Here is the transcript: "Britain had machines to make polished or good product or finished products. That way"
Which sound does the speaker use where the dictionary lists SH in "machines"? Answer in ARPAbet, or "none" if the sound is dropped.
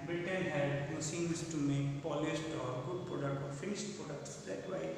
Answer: S